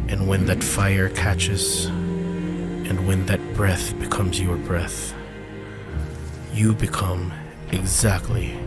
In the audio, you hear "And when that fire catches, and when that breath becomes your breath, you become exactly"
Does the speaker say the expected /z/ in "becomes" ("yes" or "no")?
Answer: yes